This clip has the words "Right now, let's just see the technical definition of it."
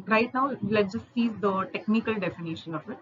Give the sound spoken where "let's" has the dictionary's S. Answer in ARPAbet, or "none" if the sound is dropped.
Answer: none